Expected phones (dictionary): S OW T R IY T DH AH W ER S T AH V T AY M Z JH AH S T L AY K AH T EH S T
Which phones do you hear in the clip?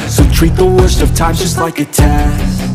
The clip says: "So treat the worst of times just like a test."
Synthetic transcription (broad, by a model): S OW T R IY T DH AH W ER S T AH V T AY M JH AH S T L AY K AH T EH